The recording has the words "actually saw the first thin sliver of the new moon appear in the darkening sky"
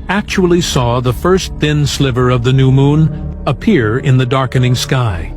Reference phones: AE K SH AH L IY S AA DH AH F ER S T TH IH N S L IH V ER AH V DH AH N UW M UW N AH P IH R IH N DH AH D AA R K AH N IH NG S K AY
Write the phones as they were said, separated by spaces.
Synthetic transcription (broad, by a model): AE K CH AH L IY S AA DH AH F ER S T TH IH N S L IH V ER AH V DH AH N UW M UW N AH P IH R IH N DH AH D AA R K AH N IH NG S K AY